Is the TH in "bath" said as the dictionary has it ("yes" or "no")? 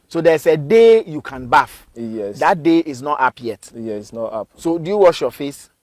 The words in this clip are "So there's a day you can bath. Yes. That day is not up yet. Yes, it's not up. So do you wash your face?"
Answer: no